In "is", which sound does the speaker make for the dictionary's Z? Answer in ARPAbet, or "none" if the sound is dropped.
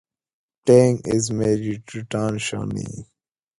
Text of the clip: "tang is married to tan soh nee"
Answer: Z